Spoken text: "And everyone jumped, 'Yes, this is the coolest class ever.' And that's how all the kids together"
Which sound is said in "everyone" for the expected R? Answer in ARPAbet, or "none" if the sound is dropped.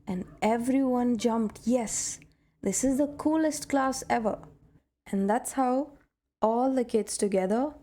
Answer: R